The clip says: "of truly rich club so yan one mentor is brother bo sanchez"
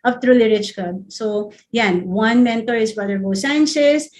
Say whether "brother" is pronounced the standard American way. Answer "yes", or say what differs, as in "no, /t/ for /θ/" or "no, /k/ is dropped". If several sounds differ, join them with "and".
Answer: no, /ɹ/ is dropped